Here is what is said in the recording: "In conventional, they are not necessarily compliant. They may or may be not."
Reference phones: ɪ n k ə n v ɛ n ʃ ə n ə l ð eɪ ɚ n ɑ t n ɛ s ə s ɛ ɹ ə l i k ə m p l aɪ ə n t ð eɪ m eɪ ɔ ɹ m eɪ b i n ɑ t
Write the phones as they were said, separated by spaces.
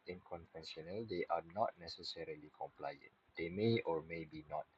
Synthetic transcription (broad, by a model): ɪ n k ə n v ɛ n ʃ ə n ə l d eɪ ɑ n ɑ t n ɛ s ə s ɛ ɹ ə l i k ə m p l aɪ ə n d eɪ m eɪ ɔ ɹ m eɪ b i n ɑ t